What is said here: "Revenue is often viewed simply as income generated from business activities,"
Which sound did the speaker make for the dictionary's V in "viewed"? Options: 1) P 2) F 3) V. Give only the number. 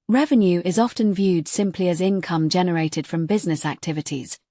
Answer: 3